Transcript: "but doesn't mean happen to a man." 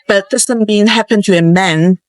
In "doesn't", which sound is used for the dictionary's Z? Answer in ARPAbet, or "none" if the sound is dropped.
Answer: S